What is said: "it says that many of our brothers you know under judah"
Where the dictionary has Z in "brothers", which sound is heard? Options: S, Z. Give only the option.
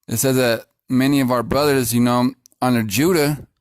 Z